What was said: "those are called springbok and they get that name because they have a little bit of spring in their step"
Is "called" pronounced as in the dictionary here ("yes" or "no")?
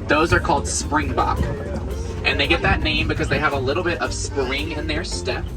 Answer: yes